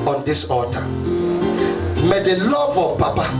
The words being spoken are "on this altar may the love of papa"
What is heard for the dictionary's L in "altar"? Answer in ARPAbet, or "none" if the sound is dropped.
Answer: none